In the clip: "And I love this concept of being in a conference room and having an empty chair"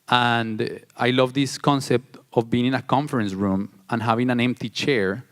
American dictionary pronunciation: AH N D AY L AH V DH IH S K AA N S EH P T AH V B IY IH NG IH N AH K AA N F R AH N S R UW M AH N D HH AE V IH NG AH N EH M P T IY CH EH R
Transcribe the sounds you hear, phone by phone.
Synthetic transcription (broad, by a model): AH N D AY L AH V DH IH S K AA N S EH P T AH V B IY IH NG IH N AH K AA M F R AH N S R UW M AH N HH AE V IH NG AH N EH M P T IY CH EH R